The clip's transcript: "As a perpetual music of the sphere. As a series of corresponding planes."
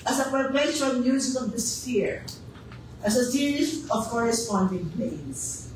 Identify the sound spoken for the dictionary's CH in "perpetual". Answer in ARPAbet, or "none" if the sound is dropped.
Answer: none